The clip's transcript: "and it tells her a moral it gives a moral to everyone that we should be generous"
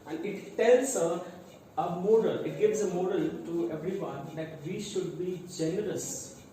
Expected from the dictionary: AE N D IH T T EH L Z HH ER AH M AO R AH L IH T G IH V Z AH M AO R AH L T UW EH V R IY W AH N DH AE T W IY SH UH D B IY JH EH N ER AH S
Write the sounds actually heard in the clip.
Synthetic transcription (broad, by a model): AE N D IH T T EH L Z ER AH M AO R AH L IH T G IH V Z AH M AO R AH L T UW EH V R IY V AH N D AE T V IY SH UH D B IY JH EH N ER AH S